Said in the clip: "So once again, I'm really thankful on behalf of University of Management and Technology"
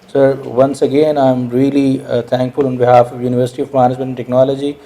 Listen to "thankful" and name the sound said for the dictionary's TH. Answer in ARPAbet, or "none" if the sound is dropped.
T